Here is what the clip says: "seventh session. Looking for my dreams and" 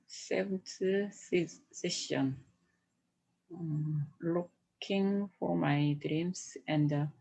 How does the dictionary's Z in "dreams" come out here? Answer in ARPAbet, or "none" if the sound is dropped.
S